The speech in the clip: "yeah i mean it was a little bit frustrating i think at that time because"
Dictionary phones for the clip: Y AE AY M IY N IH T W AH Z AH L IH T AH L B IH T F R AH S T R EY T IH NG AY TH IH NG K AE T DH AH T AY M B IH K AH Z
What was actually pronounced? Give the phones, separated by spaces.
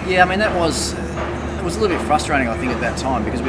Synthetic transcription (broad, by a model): Y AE AY M IY N IH T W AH Z AH L IH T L B IH T F R AH S T R EY T IH NG AY TH IH NG K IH T DH AH T AY M B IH K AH Z